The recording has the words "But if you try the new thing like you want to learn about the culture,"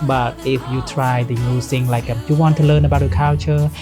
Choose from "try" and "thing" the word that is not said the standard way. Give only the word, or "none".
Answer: thing